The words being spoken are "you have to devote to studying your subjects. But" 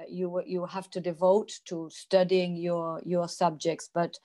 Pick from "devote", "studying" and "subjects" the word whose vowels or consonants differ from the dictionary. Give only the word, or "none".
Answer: none